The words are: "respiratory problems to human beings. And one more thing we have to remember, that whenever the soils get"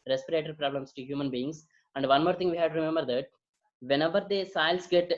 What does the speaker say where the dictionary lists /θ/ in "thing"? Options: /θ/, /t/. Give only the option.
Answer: /t/